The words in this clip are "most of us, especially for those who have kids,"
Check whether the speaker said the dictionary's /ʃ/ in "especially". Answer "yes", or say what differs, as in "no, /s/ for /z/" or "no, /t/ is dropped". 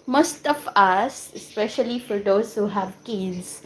yes